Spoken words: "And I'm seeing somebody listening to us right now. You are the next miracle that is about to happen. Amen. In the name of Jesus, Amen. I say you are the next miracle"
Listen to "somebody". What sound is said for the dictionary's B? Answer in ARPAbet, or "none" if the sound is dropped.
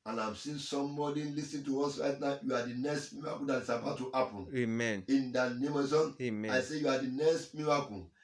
none